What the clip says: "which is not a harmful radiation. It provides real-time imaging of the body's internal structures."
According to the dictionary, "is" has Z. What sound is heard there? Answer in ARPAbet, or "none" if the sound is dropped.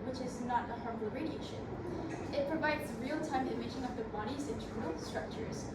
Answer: Z